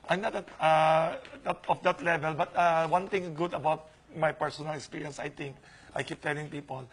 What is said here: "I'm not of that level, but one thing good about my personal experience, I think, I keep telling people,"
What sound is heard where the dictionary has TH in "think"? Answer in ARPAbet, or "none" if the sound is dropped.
T